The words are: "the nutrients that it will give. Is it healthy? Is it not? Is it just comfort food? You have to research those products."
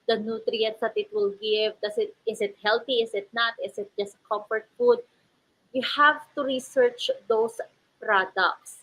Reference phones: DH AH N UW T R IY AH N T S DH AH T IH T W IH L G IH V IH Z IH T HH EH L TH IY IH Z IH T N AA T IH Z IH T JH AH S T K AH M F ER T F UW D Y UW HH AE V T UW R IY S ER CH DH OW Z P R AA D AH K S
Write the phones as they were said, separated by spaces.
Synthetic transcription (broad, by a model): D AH N UW T R IY AH N T S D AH T IH T W IH L G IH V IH S IH T HH EH L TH IY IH S IH T N AA T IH S IH T JH AH S T K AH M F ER T F UW D Y UW HH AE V T UW R IY S ER CH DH OW S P R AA D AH K S